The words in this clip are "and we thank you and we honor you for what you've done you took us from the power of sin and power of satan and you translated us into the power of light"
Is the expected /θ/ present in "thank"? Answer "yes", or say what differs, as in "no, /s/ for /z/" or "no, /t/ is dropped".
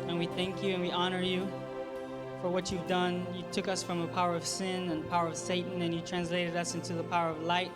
yes